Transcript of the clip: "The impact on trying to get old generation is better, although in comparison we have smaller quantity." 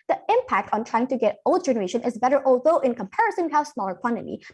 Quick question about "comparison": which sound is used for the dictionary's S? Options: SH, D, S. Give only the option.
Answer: S